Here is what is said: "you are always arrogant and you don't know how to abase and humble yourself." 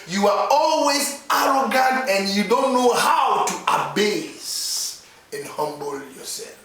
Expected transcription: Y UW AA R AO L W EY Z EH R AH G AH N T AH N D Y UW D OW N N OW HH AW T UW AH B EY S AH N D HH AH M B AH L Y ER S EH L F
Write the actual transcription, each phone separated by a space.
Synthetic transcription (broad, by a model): Y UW AA R AO L W EY Z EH R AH G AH N T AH N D Y UW D OW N N OW HH AW T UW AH B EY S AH N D HH AH M B AH L Y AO S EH L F